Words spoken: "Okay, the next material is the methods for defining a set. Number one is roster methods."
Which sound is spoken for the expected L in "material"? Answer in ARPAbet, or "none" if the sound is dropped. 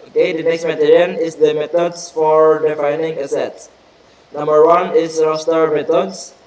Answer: N